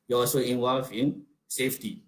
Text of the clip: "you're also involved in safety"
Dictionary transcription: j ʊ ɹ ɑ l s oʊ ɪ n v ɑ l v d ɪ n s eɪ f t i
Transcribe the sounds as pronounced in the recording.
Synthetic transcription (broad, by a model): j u ɑ l s oʊ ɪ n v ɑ l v ɪ n s eɪ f t i